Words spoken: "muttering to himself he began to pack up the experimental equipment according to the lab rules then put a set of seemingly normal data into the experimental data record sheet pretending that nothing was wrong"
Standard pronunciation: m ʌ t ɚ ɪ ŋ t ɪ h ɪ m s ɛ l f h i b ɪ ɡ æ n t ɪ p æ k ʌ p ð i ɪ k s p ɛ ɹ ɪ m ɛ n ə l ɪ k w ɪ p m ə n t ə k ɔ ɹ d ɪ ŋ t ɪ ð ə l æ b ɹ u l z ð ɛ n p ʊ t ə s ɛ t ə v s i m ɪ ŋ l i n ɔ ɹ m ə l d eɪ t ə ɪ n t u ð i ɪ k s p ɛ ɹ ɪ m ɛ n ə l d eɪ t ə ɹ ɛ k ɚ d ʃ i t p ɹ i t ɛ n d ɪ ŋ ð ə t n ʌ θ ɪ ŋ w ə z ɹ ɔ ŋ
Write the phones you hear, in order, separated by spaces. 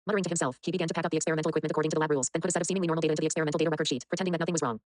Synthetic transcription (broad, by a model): m ʌ t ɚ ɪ t ɪ h ɪ m s ɛ l f h i b ɪ ɡ æ n t ɪ p æ k ʌ p ð i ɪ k s p ɛ ɹ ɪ m ɛ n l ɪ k w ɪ p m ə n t ə k ɔ ɹ d ɪ ŋ t ɪ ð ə l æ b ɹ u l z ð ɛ n p ʊ t ə s ɛ t ə v s i m ɪ ŋ l i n ɔ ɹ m l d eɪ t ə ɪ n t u ð i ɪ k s p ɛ ɹ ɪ m ɛ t l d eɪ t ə ɹ ɛ k ɚ d ʃ i t p ɹ i t ɛ n d ɪ ŋ ð ə t n ʌ θ ɪ ŋ w ə z ɹ ɔ ŋ